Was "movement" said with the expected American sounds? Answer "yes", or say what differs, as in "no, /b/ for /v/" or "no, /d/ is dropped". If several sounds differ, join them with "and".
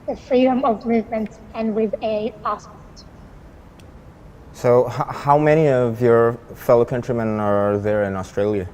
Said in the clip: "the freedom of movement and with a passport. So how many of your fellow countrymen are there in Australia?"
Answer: yes